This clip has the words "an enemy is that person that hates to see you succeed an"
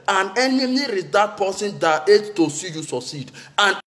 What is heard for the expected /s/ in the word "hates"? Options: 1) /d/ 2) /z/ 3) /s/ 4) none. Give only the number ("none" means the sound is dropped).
4